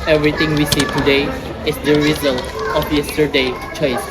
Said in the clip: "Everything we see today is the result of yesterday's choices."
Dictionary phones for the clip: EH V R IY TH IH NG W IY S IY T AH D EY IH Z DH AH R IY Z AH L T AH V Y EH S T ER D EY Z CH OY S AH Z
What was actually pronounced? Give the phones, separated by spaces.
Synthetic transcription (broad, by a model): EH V R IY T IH NG W IY S IY T AH D EY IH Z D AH R IY Z AH L T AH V Y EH S T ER D EY CH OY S